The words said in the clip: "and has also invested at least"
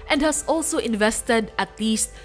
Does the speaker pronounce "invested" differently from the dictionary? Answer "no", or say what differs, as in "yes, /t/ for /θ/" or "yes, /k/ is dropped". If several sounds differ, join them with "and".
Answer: no